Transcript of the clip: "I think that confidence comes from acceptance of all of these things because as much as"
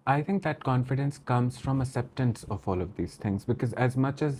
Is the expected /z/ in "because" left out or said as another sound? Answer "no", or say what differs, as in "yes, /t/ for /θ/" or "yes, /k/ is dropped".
no